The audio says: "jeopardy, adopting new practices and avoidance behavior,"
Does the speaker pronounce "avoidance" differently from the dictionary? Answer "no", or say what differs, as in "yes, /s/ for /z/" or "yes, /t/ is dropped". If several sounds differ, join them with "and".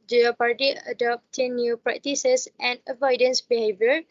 no